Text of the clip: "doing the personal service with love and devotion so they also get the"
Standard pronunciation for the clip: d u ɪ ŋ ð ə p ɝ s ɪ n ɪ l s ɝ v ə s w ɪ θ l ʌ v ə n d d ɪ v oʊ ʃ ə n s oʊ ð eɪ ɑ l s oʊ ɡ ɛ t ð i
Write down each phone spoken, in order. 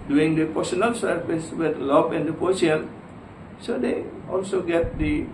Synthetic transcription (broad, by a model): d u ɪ ŋ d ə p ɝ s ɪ n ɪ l s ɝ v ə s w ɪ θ l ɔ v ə n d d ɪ p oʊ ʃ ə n s oʊ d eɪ ɑ l s oʊ ɡ ɛ t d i